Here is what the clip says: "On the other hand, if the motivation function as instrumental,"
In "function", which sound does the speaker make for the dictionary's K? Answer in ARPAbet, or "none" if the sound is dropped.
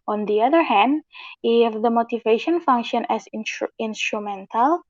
K